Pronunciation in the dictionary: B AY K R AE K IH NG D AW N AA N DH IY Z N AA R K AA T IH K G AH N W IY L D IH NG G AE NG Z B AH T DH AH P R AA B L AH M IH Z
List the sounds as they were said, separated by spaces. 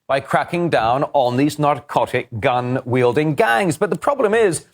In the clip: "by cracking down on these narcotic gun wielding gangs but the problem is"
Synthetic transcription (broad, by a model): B AY K R AE K IH NG D AW N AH N DH IY Z N AA R K AA T IH K G AH N W IY L D IH NG G AE NG Z B AH T DH AH P R AA B L AH M IH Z